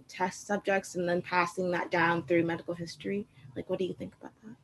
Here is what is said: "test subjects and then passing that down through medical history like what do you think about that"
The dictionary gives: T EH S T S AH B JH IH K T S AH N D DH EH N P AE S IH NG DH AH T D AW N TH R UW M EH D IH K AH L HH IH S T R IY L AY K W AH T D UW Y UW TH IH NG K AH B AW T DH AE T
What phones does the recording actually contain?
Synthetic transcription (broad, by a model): T EH S T S AH B JH IH K T S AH N DH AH N P AE S IH NG DH AH T D AW N TH R UW M EH D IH K L HH IH S T R IY L AY K W AH T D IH Y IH TH IH NG K AH B AW T DH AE T